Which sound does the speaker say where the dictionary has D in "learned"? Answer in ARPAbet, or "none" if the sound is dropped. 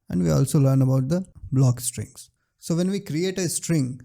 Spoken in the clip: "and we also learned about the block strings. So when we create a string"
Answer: none